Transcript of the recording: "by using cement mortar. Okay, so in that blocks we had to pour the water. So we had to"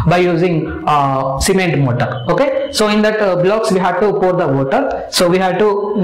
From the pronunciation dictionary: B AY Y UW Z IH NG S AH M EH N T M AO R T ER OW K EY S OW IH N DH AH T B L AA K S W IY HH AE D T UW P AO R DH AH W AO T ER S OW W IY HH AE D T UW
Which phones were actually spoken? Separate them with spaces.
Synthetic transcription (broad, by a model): B AY Y UW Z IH NG S AH M EH N T M AO T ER OW K EY S OW IH N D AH T B L AA K S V IY HH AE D T UW P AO R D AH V AO T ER S OW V IY HH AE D T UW